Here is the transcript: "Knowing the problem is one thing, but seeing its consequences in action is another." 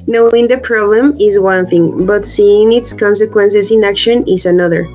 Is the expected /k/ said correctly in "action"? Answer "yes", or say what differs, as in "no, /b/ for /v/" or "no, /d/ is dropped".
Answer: yes